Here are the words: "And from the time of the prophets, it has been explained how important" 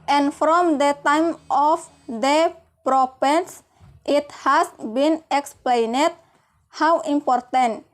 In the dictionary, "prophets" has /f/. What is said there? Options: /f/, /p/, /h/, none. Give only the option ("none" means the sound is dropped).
/p/